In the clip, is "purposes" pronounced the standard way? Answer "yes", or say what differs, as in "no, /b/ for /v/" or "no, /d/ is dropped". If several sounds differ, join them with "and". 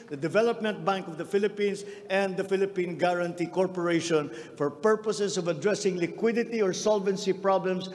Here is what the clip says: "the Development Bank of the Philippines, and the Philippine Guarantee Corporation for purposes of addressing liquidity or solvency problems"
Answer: no, /s/ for /z/